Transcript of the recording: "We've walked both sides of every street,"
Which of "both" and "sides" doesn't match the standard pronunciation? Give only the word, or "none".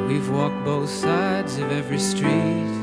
none